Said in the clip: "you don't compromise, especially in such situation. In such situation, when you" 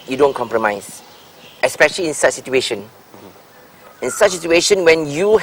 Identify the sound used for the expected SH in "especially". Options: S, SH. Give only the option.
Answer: SH